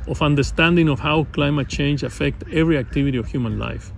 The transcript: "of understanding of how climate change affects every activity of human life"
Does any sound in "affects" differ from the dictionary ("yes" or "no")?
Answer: yes